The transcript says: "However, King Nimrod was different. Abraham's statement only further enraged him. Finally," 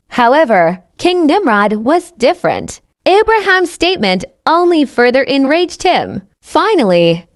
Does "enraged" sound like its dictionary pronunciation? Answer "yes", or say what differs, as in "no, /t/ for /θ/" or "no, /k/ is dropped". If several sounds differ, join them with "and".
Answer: yes